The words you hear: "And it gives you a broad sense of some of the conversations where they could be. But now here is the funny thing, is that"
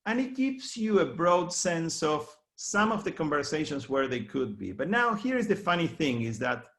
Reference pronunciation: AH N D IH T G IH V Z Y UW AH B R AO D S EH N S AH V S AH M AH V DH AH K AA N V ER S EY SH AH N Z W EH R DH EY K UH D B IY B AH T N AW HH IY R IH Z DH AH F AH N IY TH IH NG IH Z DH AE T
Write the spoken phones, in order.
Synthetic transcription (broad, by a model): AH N IH T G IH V S Y UW AH B R AO D S EH N S AH V S AH M AH V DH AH K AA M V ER S EY SH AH N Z W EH R DH EY K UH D B IY B AH T N AW HH IY R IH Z DH AH F AH N IY TH IH NG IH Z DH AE T